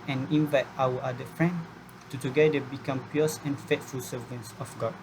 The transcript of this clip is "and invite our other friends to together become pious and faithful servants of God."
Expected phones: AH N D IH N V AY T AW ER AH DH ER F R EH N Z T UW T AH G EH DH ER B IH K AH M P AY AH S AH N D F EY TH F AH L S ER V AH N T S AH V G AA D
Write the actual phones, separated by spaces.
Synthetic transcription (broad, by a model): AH N IH N V AY T AW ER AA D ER F R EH N T UW T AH G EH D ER B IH K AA M P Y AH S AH N F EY T F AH L S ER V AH N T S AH F G AA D